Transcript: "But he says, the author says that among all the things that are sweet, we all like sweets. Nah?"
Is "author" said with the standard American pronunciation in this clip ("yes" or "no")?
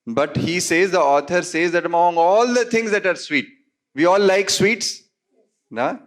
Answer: no